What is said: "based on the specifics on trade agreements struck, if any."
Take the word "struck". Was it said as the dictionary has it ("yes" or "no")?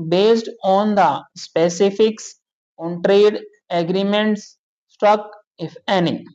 no